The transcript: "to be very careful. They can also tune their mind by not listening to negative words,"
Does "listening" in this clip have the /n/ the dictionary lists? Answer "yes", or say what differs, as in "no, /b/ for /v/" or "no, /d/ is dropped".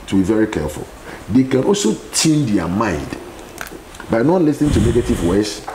yes